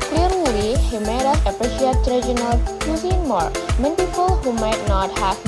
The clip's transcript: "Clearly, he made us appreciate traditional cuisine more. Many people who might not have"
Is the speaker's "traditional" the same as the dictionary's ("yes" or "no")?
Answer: no